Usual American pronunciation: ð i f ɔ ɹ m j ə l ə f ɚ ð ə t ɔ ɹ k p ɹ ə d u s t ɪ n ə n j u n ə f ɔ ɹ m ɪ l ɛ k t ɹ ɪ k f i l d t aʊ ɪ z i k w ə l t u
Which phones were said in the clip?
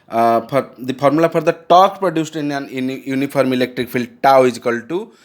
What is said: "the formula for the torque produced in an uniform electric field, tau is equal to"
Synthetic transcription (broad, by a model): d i p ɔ ɹ m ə l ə p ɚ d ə t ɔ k p ɹ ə d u s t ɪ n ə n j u n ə p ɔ ɹ m ɪ l ɛ k t ɹ ɪ k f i l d t aʊ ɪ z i k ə l t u